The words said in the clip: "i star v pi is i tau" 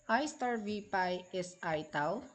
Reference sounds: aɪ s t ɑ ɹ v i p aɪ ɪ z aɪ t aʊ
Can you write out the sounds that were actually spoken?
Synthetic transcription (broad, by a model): aɪ s t ɑ ɹ v i p aɪ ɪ s aɪ t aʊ